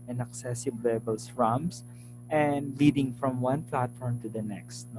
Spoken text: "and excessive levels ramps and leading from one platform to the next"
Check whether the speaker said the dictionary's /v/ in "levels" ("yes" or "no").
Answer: no